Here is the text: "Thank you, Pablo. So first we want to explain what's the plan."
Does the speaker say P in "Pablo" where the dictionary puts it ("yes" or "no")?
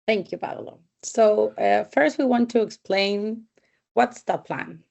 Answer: no